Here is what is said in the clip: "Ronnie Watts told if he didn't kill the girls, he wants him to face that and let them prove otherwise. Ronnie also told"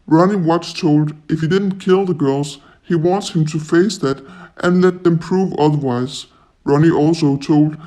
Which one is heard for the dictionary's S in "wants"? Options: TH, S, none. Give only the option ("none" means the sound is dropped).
S